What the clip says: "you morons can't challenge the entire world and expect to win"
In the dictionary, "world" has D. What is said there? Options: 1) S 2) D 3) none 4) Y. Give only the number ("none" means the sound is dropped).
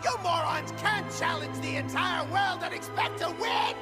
2